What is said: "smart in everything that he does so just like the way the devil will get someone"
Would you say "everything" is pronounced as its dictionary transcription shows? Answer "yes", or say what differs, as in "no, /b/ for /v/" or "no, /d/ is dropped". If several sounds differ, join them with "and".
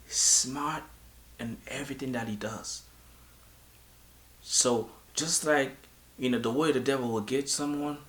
yes